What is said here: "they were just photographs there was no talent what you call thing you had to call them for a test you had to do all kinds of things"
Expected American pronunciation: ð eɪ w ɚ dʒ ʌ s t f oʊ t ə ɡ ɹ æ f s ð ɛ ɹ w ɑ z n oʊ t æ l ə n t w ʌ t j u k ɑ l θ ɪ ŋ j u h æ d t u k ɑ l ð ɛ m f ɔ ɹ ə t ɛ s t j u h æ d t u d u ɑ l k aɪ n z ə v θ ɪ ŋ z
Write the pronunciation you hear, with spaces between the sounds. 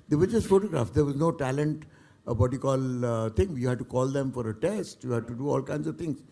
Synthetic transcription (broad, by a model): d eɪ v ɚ dʒ ʌ s t f oʊ t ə ɡ ɹ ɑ f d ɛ ɹ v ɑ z n oʊ t æ l ə n t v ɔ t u k ɑ l t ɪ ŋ j u h æ d t u k ɑ l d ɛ m f ɔ ɹ ə t ɛ s t j u h æ d t u d u ɑ l k aɪ n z ə v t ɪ ŋ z